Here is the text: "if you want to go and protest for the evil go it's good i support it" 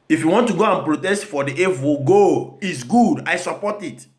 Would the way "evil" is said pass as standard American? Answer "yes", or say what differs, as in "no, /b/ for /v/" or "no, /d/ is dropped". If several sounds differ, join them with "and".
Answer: no, /w/ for /v/